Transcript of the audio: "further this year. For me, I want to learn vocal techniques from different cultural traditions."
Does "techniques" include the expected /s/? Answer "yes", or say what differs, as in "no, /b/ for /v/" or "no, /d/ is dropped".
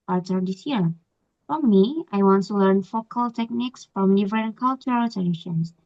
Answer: yes